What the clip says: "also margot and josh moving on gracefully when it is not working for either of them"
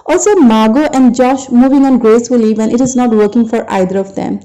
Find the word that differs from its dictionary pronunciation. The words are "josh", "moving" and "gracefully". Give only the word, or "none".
none